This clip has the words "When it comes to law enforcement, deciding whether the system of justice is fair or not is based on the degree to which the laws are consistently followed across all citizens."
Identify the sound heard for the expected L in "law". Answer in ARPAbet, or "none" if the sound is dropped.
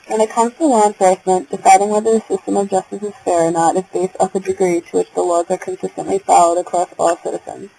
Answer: W